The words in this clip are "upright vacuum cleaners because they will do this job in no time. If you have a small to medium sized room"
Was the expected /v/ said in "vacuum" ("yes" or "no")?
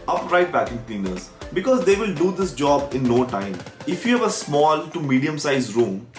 no